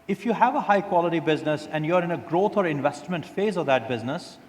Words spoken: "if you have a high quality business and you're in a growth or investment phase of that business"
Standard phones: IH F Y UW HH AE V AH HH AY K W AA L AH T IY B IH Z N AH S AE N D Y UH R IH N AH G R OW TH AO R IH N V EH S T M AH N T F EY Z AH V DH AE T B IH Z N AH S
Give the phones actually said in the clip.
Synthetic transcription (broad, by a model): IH F Y UW HH AE V AH HH AY K W AA L AH T IY B IH Z N AH S AE N D Y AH R IH N AH G R OW T AO R IH N V EH S T M AH N T F EY Z AH V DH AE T B IH Z N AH S